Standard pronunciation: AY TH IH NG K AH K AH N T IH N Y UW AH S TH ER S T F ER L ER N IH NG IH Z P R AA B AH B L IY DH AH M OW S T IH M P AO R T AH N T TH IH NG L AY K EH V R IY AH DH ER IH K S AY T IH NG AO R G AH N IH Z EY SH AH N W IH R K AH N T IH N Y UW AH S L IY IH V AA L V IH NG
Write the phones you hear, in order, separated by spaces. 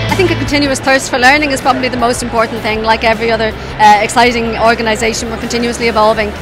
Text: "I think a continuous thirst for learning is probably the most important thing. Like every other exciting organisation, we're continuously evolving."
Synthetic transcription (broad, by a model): AY TH IH NG K AH K AH N T IH N Y UW AH S TH ER S T F ER L ER N IH NG IH Z P R AA B AH B L IY DH AH M OW S T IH M P AO R T N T TH IH NG L AY K EH V R IY AH DH ER IH K S AY T IH NG AO R G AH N IH Z EY SH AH N W IH R K AH N T IH N Y UW AH S L IY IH V AA L V IH NG